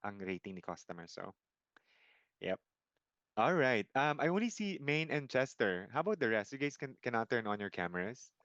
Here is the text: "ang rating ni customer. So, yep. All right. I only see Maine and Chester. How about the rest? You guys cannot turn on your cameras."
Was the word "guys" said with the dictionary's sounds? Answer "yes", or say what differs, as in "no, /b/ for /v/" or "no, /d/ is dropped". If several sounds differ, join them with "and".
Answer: no, /s/ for /z/